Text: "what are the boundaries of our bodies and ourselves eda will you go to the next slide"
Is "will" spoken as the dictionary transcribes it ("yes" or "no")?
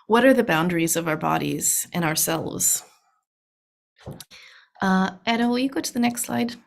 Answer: no